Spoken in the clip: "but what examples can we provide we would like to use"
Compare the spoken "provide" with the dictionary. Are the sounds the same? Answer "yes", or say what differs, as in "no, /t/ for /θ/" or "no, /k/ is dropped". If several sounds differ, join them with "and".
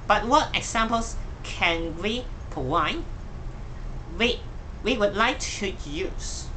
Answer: no, /ɹ/ is dropped and /w/ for /v/